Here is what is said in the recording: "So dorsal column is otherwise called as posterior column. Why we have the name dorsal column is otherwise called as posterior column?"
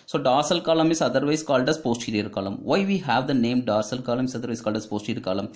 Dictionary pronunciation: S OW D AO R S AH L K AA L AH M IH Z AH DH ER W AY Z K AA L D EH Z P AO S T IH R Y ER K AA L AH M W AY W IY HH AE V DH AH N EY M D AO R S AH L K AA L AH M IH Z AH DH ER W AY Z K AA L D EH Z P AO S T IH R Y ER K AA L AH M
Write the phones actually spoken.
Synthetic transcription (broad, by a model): S OW D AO R S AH L K AA L AH M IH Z AH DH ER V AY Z K AA L D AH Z P AO S T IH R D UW K AA L AH M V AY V IY HH AE V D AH N EY M D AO R S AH L K AA L AH M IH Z AH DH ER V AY S K AA L D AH S P AO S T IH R K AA L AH M